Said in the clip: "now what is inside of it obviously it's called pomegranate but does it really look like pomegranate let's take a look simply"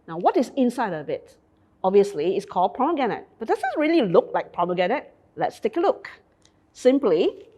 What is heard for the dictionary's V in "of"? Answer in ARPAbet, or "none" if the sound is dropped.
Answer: B